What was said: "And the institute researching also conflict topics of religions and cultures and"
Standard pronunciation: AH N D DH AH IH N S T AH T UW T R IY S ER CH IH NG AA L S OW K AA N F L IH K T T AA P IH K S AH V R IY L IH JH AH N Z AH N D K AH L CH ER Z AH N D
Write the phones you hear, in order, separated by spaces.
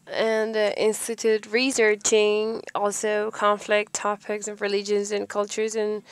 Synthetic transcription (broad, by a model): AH N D IH N S T AH T UW T R IY S ER CH IH NG AA L S OW K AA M F L IH K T T AA P IH K S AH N R IY L IH JH AH N Z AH N K AH L CH ER Z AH N